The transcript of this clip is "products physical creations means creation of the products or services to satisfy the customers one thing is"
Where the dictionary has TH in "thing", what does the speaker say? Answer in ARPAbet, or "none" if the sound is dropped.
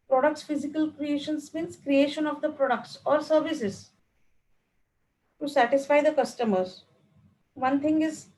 T